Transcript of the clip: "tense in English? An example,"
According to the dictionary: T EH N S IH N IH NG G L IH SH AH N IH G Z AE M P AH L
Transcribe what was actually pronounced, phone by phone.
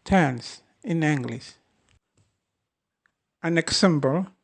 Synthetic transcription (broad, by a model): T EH N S IH N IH NG G L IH S AH N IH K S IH M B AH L